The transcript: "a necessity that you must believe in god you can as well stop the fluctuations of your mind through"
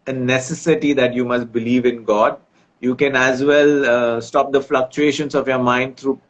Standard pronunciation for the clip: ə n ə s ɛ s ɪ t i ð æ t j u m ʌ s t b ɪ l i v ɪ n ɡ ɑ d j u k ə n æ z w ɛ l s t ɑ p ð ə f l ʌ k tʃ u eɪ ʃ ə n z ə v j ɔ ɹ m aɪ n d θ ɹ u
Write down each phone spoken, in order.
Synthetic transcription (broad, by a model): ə n ə s ɛ s ɪ t i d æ t j u m ʌ s t b ɪ l i v ɪ n ɡ ɑ d j u k ə n æ z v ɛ l s t ɑ p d ə f l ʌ k tʃ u eɪ ʃ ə n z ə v j ɔ ɹ m aɪ n d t ɹ u